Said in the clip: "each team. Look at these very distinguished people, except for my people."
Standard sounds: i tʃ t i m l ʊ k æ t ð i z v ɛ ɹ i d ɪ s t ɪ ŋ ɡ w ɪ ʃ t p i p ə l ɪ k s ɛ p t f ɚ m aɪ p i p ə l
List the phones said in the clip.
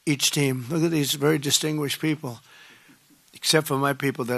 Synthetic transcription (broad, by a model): i tʃ t i m l ʊ k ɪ t ð i z v ɛ ɹ i d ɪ s t ɪ ŋ ɡ w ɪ ʃ p i p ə l ɪ k s ɛ p t f ɚ m aɪ p i p l